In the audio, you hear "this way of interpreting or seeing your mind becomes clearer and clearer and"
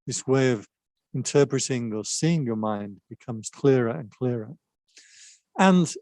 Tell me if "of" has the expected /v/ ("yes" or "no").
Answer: yes